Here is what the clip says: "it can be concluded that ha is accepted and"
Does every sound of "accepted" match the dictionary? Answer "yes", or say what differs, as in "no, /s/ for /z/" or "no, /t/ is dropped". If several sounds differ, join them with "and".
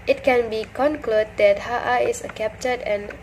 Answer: no, /s/ is dropped